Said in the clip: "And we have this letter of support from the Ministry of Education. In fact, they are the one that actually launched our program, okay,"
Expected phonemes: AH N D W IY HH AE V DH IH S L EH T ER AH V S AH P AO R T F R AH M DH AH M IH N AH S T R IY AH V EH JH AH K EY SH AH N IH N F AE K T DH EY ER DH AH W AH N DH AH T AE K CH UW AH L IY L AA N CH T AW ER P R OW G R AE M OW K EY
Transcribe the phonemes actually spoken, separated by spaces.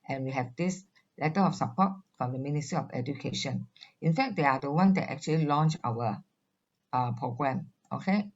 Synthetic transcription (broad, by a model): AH N W IY HH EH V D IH S L EH T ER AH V S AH P AO T F R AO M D AH M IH N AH S T R IY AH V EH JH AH K EY SH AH N IH N F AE K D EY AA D AH W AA N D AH T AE K CH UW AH L IY L AA N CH AW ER P R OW G R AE M OW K EY